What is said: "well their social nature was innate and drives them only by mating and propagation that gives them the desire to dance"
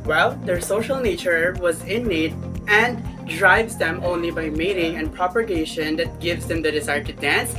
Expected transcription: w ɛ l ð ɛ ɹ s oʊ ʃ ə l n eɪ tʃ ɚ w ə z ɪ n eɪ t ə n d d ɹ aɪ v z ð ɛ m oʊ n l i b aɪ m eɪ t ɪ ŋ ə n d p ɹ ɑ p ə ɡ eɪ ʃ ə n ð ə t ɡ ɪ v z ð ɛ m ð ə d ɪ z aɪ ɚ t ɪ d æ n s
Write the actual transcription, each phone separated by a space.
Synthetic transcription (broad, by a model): w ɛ l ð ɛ ɹ s oʊ ʃ ə l n eɪ tʃ ɚ w ə z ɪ n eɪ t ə n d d ɹ aɪ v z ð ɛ m oʊ n l i b aɪ m eɪ t ɪ ŋ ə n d p ɹ ɑ p ə ɡ eɪ ʃ ə n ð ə t ɡ ɪ v z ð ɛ m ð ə d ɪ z aɪ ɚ t ɪ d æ n s